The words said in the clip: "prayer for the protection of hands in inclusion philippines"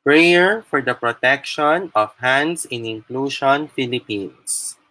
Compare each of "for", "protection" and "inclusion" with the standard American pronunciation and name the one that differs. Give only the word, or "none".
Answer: inclusion